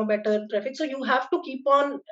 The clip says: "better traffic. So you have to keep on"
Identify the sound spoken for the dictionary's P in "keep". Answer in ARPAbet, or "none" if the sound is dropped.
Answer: P